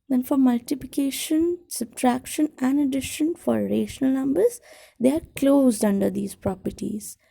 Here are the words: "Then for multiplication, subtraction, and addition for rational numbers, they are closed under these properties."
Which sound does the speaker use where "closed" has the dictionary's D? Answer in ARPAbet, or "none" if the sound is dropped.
D